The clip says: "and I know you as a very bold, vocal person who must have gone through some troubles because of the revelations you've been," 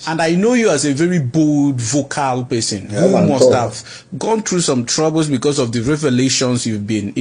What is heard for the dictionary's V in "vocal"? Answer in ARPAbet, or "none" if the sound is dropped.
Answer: V